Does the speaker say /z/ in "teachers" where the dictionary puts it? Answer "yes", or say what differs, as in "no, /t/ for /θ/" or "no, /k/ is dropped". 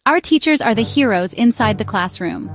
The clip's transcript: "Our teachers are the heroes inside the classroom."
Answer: yes